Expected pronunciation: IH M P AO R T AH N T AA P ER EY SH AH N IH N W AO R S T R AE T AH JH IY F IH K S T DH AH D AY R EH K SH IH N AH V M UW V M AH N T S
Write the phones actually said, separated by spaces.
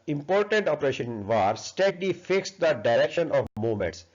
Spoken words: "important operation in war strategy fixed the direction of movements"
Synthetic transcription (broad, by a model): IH M P AO R T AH N T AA P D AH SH IH N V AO R S T EH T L IY F IH K S T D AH D AY R EH K SH IH N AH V M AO M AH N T S